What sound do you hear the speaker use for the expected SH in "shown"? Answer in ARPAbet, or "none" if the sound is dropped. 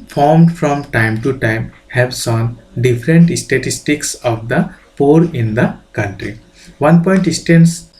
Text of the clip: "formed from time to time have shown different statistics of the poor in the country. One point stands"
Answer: S